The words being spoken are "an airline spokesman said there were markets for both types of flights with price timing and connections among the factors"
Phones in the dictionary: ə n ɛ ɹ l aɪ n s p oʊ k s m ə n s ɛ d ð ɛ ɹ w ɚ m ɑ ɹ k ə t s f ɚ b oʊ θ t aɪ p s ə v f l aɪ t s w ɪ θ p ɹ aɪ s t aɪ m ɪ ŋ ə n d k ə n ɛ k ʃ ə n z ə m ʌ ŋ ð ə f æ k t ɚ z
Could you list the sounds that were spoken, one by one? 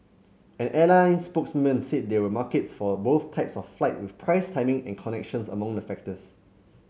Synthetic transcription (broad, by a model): ə n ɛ l aɪ n s p oʊ k s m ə n s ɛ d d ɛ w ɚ m ɑ k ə t s f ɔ b oʊ θ t aɪ p s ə f f l aɪ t w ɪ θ p ɹ aɪ s t aɪ m ɪ ŋ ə n k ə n ɛ k ʃ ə n s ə m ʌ ŋ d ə f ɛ k t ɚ s